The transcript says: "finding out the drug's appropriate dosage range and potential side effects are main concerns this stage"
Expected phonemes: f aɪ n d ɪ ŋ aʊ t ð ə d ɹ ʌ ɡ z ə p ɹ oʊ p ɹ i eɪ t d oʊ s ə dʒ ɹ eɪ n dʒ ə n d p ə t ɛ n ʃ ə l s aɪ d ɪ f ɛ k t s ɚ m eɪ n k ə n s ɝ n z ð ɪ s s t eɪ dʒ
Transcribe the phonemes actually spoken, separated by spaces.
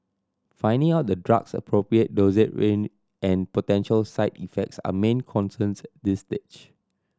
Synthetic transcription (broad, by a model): f aɪ n d ɪ ŋ aʊ t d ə d ɹ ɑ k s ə p ɹ oʊ p ɹ i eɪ t d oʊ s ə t ɹ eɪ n ə n p ə t ɛ n ʃ ə l s aɪ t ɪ f ɛ k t s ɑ m eɪ n k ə n s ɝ n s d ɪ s s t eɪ tʃ